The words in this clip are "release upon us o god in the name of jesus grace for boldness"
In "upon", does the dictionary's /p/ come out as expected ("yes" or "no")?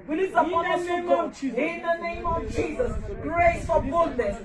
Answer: no